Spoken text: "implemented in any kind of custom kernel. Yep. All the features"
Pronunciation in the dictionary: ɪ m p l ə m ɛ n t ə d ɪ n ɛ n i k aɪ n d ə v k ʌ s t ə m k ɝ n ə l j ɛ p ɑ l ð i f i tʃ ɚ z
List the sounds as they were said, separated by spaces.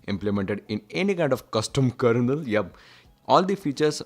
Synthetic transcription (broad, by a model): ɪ m p l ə m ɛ n t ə d ɪ n ɛ n i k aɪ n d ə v k ʌ s t ə m k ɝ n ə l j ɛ b ɑ l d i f i tʃ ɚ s